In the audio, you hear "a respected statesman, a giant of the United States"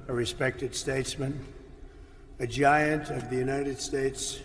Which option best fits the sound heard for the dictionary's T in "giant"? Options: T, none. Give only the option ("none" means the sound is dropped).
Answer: T